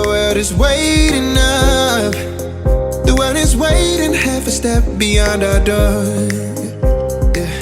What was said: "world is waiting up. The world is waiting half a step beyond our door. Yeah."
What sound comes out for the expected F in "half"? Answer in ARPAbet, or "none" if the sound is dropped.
F